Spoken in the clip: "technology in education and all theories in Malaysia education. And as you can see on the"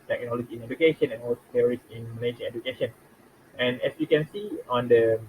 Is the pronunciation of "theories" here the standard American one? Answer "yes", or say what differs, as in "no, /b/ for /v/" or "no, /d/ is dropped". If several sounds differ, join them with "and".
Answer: no, /s/ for /θ/ and /s/ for /z/